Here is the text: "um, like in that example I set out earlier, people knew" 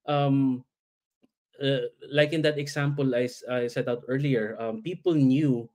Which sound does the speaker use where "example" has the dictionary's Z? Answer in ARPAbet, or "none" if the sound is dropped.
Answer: S